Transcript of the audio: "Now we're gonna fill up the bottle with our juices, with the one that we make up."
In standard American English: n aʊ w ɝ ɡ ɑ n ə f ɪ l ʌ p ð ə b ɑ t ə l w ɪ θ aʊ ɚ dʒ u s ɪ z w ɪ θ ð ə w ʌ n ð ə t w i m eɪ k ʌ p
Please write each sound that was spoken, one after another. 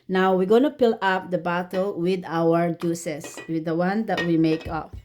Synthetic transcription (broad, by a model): n aʊ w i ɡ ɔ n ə p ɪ l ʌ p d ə b ɑ t ə l w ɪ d aʊ ɚ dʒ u s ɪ s w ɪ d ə w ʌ n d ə t w i m eɪ k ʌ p